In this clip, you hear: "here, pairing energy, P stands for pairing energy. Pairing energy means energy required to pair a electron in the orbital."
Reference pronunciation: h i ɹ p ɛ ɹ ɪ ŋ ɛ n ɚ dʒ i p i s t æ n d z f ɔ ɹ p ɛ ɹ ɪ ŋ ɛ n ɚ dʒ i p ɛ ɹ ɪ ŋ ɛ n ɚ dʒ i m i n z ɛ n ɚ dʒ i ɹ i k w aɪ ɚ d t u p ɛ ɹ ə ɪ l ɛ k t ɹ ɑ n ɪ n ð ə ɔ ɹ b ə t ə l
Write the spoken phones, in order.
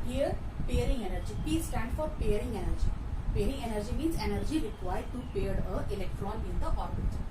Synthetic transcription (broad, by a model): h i ɹ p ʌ ɹ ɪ ŋ ɛ n ɚ dʒ i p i s t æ n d f ɔ ɹ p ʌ ɹ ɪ ŋ ɛ n ɚ dʒ i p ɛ ɹ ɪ ŋ ɛ n ɚ dʒ i m i n z ɛ n ɚ dʒ i ɹ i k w aɪ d t u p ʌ ɹ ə ɪ l ɛ k t ɹ ɑ n ɪ n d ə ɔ ɹ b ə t